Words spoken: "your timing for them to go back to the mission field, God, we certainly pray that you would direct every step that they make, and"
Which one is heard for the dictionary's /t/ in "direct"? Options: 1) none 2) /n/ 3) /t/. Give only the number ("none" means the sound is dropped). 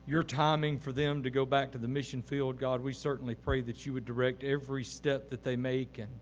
3